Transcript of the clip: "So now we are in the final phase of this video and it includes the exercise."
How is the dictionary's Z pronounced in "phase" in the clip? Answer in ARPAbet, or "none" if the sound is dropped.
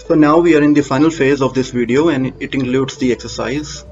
Z